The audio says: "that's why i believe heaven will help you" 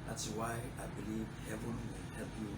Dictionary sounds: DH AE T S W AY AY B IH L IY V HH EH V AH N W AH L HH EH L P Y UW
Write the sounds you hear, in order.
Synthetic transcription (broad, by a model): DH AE T S W AY AY B IH L IY V HH EH V AH N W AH N HH EH L P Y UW